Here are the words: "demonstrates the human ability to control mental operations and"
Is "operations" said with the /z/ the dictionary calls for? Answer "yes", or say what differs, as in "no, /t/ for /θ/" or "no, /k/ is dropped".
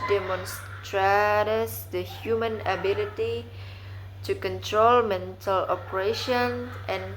no, /z/ is dropped